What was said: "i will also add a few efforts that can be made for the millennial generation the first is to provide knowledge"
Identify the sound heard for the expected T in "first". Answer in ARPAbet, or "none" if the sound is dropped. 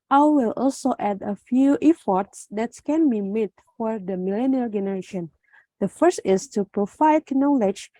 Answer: T